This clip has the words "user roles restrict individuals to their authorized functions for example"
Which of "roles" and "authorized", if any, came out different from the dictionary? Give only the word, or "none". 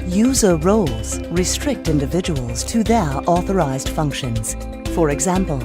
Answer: none